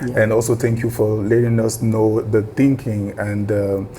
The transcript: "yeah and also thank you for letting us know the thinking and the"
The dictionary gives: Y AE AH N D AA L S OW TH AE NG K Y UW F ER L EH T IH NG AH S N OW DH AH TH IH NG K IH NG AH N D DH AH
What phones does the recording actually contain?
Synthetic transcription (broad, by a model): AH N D AA L S OW T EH NG K Y UW F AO L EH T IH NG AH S N OW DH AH T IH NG K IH NG AH N D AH